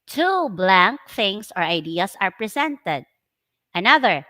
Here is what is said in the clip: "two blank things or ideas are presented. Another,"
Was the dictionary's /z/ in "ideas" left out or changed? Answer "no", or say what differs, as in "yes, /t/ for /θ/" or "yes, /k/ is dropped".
yes, /s/ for /z/